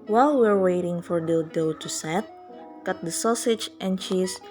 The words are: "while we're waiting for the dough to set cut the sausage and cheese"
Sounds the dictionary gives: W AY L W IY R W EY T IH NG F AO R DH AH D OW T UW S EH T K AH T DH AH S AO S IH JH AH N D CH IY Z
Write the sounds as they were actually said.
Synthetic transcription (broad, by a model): W AY L W IY R W EY T IH NG F AO R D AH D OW T UW S EH T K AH T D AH S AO S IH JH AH N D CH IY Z